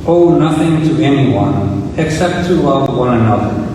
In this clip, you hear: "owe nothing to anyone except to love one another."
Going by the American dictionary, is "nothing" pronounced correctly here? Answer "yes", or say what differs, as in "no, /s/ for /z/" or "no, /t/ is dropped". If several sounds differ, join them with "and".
yes